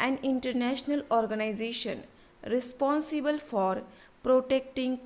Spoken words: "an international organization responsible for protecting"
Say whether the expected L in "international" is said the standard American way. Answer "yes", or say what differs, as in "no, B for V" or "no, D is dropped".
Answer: yes